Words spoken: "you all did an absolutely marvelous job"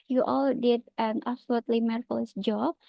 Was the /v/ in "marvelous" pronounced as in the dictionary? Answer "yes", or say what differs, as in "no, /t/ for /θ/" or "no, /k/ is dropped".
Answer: no, /f/ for /v/